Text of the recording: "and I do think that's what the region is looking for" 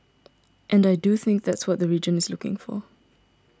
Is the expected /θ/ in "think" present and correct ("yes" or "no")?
yes